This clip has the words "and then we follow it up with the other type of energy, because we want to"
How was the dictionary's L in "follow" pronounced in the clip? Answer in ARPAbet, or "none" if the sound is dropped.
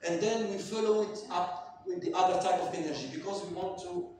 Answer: L